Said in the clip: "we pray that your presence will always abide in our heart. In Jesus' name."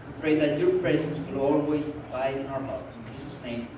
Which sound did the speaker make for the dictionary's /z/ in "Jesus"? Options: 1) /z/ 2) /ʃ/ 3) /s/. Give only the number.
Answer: 3